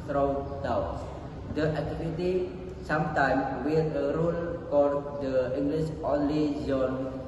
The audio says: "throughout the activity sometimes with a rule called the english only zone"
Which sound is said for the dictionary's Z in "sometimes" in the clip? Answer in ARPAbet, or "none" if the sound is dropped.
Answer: none